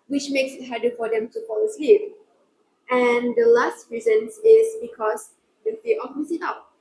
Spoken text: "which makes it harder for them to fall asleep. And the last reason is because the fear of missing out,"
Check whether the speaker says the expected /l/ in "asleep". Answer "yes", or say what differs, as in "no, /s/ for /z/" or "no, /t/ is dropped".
yes